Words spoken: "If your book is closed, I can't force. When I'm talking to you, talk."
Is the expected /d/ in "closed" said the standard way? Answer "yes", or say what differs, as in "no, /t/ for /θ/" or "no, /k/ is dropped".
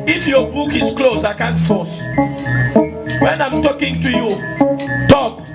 no, /d/ is dropped